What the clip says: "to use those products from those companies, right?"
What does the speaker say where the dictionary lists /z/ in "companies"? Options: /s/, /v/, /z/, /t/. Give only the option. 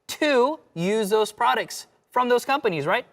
/z/